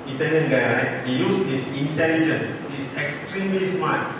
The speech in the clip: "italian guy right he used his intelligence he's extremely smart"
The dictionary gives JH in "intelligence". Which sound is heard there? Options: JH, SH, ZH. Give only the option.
JH